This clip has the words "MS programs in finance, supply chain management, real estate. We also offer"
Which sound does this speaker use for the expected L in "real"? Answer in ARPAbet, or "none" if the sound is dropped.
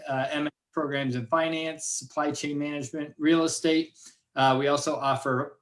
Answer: L